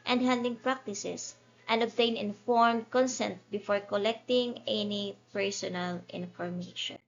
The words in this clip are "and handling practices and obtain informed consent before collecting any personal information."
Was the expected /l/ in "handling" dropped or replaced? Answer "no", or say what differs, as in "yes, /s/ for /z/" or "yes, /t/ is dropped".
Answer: yes, /l/ is dropped